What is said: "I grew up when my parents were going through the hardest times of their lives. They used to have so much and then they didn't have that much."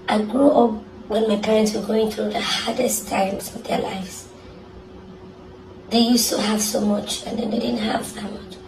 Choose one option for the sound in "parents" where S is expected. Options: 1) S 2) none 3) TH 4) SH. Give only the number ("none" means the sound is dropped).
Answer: 1